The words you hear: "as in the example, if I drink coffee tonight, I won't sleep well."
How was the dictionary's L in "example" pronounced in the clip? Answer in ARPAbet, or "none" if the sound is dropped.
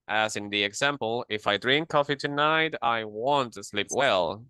L